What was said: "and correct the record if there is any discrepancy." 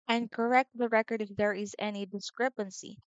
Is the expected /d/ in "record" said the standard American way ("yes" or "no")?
yes